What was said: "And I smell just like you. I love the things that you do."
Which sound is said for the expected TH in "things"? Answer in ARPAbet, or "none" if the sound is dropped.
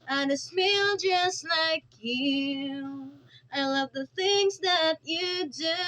TH